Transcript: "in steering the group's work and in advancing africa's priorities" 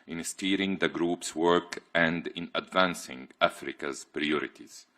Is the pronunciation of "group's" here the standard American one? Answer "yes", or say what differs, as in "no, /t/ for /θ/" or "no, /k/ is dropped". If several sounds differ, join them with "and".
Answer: yes